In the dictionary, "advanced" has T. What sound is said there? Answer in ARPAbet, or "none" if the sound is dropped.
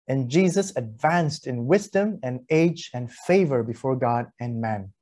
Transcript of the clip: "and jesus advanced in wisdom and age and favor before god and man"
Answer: T